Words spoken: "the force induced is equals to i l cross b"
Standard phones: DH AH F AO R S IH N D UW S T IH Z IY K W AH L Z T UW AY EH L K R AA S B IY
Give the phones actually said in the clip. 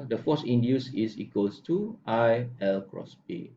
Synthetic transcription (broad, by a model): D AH F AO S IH N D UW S IH S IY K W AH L S T UW AY EH L K R AA S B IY